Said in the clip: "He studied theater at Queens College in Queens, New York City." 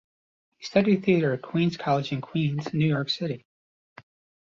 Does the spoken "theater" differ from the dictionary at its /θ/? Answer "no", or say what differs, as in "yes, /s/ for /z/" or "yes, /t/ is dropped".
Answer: no